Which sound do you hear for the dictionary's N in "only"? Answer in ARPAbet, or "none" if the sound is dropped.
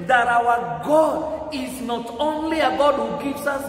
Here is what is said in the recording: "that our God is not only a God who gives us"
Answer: N